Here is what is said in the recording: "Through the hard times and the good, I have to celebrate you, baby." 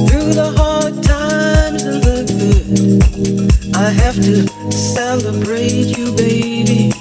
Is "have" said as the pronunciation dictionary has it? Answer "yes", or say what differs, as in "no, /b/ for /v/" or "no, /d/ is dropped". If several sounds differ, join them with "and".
no, /f/ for /v/